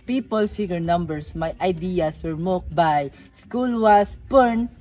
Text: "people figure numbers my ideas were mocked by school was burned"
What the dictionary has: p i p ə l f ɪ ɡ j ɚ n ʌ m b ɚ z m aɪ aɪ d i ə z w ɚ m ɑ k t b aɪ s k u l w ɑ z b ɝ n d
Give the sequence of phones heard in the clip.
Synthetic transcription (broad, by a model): p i p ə l f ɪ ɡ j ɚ n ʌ m b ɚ s m aɪ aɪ d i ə s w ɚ m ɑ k b aɪ s k u l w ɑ s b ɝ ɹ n